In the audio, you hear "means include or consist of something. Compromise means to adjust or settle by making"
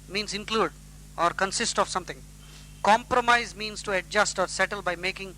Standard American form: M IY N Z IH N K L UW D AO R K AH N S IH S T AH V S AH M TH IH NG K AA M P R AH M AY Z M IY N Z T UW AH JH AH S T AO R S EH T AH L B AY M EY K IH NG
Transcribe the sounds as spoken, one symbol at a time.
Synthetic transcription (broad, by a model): M IY N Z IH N K L UW D AO R K AH N S IH S T AH V S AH M T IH NG K AA M P R AH M AY Z M IY N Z T UW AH JH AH S T AO R S EH T AH L B AY M EY K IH NG